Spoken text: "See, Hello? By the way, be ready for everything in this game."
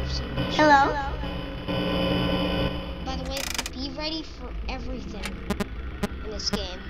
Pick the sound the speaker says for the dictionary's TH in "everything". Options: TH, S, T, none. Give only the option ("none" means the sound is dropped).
TH